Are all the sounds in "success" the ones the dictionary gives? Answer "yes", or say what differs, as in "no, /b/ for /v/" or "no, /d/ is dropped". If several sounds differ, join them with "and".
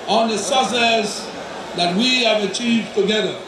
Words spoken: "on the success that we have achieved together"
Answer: no, /k/ is dropped